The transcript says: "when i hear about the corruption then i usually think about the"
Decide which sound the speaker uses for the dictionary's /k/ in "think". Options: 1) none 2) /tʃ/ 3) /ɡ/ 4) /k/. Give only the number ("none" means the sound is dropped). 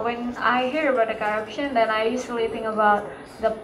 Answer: 1